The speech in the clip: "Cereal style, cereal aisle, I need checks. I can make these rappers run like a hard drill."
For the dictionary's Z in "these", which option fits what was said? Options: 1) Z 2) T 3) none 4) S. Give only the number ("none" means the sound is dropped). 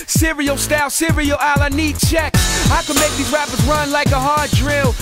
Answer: 3